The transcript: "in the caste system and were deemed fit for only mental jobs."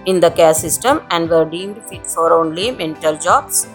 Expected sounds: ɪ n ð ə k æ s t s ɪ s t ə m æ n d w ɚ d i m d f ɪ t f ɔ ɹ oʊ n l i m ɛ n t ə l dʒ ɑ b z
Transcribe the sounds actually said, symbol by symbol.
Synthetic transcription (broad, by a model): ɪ n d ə k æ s s ɪ s t ə m æ n d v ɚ d i m d f ɪ t f ɔ ɹ oʊ n l i m ɛ n t ə l dʒ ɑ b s